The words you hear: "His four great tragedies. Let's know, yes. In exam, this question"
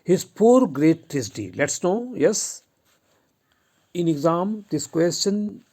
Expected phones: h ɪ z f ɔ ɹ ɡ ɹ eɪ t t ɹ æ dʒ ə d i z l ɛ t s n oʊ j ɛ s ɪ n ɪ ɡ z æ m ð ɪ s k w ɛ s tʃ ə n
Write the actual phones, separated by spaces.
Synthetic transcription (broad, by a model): h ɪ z p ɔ ɹ ɡ ɹ eɪ t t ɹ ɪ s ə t i l ɛ t s n oʊ j ɛ s ɪ n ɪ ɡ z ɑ m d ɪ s k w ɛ s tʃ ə n